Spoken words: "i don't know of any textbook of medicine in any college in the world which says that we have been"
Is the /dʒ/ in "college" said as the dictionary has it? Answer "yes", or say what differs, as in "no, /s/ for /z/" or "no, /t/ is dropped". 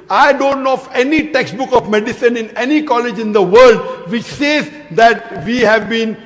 yes